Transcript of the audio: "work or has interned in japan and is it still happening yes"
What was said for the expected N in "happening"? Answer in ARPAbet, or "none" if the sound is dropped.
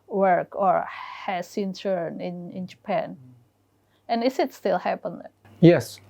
none